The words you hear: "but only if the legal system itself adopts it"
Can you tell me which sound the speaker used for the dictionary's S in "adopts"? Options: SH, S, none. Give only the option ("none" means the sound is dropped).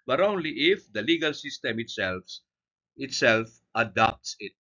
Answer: S